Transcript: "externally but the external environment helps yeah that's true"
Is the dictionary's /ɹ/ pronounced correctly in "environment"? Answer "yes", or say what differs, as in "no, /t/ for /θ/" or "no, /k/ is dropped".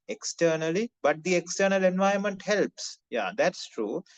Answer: no, /ɹ/ is dropped